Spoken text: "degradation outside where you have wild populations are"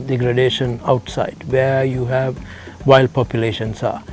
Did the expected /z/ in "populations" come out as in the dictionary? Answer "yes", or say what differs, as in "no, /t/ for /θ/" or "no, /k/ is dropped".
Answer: no, /s/ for /z/